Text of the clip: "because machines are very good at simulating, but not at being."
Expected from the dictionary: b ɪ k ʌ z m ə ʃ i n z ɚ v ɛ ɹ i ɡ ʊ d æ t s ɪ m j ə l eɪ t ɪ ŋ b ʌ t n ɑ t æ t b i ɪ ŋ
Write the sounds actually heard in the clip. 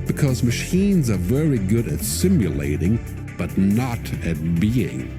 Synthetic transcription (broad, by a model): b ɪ k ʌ z m ə ʃ i n z ɚ v ɛ ɹ i ɡ ʊ d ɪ t s ɪ m j ə l eɪ t ɪ ŋ b ʌ t n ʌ t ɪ t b i ɪ ŋ